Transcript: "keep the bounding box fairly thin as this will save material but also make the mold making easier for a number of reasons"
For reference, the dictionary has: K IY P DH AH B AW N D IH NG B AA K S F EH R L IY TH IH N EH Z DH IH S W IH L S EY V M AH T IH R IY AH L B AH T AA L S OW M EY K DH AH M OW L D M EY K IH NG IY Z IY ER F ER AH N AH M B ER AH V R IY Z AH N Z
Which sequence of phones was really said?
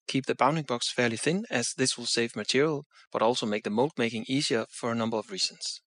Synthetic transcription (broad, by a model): K IY P DH AH B AW N D IH NG B AA K S F EH R L IY TH IH N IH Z DH IH S W IH L S EY V M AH T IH R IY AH L B AH T AA L S OW M EY K DH AH M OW L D M EY K IH NG IY Z IY ER F ER AH N AH M B ER AH V R IY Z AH N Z